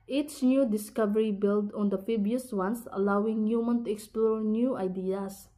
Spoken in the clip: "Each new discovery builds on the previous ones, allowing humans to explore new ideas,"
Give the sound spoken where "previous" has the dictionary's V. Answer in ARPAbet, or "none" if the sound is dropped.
B